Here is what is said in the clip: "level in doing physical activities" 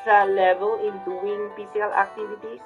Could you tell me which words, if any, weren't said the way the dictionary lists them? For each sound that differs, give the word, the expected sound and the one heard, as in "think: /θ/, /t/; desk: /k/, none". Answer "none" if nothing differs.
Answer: physical: /z/, /s/